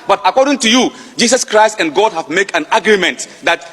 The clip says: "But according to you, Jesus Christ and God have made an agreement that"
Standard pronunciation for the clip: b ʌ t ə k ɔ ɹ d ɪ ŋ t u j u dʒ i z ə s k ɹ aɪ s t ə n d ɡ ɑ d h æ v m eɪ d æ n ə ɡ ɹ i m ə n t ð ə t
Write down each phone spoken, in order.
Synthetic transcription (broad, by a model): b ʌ t ə k ɔ ɹ d ɪ ŋ t u j u dʒ i s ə s k ɹ aɪ s t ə n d ɡ ɑ d h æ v m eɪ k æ n ə ɡ ɹ i m ə n t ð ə t